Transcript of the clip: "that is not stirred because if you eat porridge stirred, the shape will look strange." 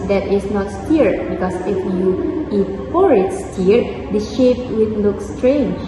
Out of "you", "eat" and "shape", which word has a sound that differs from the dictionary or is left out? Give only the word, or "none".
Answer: none